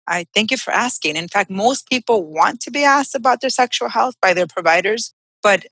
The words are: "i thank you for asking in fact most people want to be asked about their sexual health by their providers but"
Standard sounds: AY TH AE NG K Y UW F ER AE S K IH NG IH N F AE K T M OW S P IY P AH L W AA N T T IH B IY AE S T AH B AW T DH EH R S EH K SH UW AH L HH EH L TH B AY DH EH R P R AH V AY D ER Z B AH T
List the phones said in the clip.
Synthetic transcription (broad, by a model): AY TH AE NG K Y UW F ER AE S K IH NG IH N F AE K T M OW S P IY P L W AA N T T IH B IY AE S T AH B AW T DH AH R S EH K SH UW L HH EH L TH B AY DH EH R P R AH V AY D ER Z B AH T